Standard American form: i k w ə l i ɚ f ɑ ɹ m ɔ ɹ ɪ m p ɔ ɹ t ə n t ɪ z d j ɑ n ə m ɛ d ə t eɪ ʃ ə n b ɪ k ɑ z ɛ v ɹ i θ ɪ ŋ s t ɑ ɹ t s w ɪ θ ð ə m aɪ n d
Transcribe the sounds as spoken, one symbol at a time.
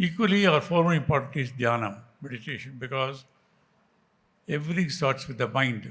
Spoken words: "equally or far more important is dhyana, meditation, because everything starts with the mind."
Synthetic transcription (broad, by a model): i k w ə l i ɚ f ɑ ɹ m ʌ ɹ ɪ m p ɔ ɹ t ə t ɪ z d j ɑ n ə m ɛ d ə t eɪ ʃ ə n b ɪ k ɑ z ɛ v ɹ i t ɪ ŋ s t ɑ ɹ t s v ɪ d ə m aɪ n d